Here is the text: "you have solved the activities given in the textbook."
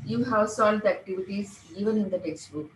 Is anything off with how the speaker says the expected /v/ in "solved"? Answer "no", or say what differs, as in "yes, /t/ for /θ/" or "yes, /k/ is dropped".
yes, /v/ is dropped